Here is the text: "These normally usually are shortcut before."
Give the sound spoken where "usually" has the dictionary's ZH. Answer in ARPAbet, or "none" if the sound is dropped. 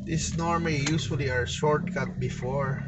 S